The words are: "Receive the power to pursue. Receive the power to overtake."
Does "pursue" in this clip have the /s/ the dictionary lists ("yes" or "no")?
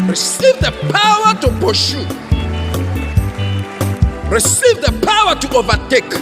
no